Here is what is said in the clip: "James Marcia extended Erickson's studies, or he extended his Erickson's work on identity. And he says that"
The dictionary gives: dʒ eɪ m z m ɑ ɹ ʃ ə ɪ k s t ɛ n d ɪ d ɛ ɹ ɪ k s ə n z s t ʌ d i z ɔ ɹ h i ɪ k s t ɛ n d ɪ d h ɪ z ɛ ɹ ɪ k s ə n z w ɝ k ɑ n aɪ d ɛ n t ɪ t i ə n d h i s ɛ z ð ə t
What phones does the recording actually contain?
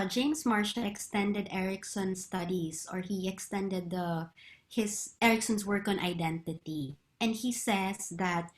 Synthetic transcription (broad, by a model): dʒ eɪ m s m ɑ ɹ ʃ ə ɪ k s t ɛ n d ɪ d ɛ ɹ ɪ k s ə n s t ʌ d i s ɔ ɹ h i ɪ k s t ɛ n d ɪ d h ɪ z ɛ ɹ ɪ k s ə n s w ɝ k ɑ n aɪ d ɛ n t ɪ t i ə n d h i s ɛ s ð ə t